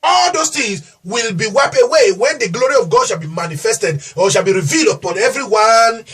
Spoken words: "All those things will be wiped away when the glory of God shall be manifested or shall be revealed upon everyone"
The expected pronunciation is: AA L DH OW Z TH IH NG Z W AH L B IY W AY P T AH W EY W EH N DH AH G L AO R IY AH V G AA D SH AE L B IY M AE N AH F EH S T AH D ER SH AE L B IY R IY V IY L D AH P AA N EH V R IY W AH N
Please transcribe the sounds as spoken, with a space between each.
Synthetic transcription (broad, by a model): AA L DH OW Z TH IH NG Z W AH L B IY W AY P AH W EY W EH N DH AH G L AO R IY AH V G AA D SH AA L B IY M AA N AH F EH S T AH D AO SH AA L B IY R IY V IY L D AH P AA N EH V R IY W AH N